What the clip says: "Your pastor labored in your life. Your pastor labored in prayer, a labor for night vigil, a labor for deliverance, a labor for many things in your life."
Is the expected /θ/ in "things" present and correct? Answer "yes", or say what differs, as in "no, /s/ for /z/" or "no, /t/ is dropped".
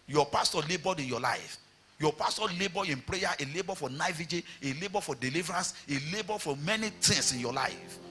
no, /t/ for /θ/